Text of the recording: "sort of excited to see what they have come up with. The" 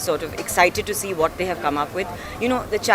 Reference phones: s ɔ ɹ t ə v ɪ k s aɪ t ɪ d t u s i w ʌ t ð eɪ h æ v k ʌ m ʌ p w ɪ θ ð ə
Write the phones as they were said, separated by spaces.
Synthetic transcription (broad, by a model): s ɔ ɹ t ə v ɪ k s aɪ t ɪ d t u s i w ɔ t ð eɪ h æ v k ʌ m ʌ p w ɪ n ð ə